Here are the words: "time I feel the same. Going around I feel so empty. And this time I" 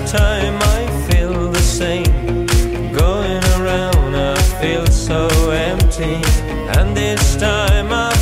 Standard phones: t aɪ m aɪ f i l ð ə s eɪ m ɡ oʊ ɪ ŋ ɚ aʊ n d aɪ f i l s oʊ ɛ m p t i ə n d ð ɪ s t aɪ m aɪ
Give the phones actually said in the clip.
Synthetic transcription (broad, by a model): t aɪ m aɪ f i l ð ə s eɪ m ɡ oʊ ɪ ŋ ɚ aʊ n d aɪ f i l s oʊ ɛ m p t i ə n ð ɪ s t aɪ m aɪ